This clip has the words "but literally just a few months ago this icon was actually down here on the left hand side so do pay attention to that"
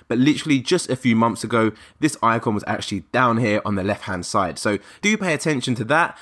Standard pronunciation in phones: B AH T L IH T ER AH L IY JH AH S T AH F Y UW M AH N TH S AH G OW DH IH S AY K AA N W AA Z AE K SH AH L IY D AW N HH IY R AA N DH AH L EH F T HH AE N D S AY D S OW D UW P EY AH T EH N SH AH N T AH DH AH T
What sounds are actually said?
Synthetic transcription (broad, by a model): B AH T L IH T ER AH L IY JH AH S T AH F Y UW M AH N TH S AH G OW DH IH S AY K AA N W AA Z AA K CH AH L IY D AW N HH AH R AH N DH AH L EH F T HH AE N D S AY D S OW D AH P EY AH T EH N SH AH N T AH DH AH T